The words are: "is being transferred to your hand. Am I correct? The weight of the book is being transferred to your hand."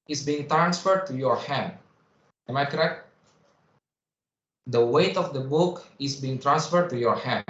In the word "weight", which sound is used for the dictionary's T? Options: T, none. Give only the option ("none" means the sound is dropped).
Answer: T